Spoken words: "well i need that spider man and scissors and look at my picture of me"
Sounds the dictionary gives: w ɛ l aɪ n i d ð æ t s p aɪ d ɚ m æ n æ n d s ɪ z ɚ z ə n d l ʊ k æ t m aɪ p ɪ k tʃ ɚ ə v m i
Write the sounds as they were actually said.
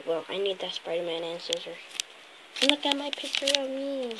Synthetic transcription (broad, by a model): w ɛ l aɪ n i d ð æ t s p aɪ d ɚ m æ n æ n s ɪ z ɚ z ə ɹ l ʊ k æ t m aɪ p ɪ k tʃ ɚ ə v m i